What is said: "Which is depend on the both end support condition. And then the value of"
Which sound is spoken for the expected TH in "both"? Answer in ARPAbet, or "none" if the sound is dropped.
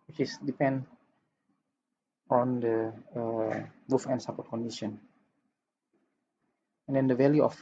F